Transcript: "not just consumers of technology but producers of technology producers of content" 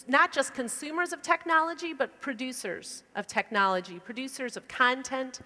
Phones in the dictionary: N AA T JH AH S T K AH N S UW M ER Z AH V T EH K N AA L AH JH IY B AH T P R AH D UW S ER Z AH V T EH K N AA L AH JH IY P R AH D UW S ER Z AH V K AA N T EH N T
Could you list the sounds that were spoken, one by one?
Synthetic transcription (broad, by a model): N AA T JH AH S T K AH N S UW M ER Z AH V T EH K N AA L AH JH IY B AH T P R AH D UW S ER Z AH V T EH K N AA L AH JH IY P R AH D UW S ER Z AH V K AA N T EH N T